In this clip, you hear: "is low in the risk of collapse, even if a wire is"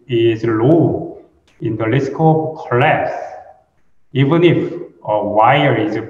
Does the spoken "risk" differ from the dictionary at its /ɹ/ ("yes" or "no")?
yes